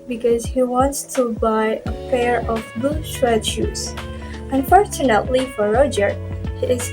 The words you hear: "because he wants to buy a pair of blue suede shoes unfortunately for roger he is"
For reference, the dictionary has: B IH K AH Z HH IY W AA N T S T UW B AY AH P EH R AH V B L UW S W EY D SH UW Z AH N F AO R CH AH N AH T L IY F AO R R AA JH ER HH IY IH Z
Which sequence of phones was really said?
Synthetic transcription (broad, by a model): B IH K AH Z HH IY W AA N T S T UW B AY AH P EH R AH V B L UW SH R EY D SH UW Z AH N F AO R CH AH N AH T L IY F AO R R AA JH ER HH IY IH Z